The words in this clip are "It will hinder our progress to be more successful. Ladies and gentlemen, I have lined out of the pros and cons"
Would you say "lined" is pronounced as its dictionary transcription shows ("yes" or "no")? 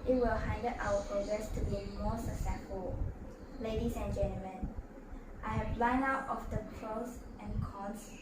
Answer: no